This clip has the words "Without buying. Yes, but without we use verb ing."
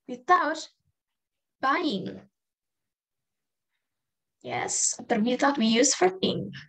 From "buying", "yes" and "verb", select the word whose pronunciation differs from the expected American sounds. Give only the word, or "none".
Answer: verb